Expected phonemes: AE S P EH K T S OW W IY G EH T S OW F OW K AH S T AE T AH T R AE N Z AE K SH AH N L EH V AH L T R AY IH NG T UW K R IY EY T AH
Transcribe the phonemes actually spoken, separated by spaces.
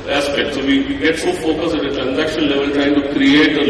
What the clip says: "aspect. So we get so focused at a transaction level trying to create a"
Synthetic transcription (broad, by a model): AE S P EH K T S OW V IY G EH T S OW F OW K AH S AE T AH T R AE N Z AE K SH AH N L EH V AH L T R AY IH NG T UW K R IY EY T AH